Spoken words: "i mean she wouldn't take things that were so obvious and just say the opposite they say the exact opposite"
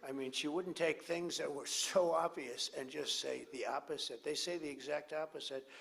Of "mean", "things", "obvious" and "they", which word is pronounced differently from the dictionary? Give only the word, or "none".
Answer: none